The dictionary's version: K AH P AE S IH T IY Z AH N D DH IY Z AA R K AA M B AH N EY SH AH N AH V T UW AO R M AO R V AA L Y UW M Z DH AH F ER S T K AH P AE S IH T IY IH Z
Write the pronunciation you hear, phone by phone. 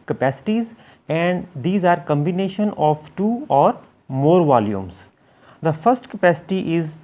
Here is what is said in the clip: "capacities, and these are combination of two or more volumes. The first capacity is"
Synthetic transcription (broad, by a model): K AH P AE S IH T IY Z AH N D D IY Z AA R K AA M B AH N EY SH AH N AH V T UW AO R M AO R V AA L Y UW M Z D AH F ER S T K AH P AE S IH T IY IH Z